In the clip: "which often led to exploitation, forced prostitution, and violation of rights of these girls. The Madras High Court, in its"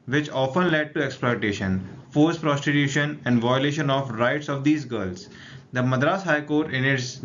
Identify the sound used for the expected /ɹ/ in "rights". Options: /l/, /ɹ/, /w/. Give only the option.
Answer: /ɹ/